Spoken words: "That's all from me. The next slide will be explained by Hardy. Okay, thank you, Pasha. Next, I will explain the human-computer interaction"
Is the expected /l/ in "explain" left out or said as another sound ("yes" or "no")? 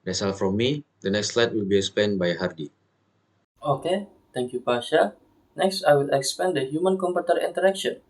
yes